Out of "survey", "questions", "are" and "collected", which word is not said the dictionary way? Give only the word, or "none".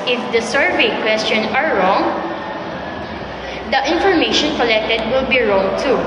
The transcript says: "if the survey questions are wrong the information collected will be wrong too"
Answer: questions